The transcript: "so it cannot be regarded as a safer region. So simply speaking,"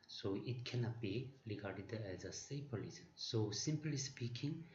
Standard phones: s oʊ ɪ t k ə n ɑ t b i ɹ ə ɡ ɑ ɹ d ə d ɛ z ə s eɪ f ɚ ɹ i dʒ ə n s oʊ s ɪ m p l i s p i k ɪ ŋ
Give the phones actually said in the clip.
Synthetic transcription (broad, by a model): s oʊ ɪ t k ə n ɑ t b i ɹ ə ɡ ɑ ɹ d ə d ɛ z ə s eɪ p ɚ l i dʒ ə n s oʊ s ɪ m p l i s p i k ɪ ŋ